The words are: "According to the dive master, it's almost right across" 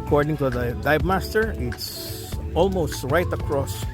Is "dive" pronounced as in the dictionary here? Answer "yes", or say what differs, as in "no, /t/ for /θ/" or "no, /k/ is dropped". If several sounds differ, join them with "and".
no, /b/ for /v/